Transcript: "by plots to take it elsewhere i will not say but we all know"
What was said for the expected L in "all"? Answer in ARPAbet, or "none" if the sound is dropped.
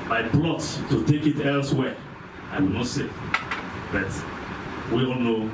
N